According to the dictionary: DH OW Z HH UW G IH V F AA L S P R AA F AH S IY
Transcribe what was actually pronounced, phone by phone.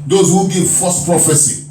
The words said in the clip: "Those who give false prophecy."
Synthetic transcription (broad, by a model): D OW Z HH UW G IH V F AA S P R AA F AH S IY